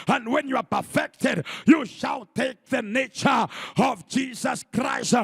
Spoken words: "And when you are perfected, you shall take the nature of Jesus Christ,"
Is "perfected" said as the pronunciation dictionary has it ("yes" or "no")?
yes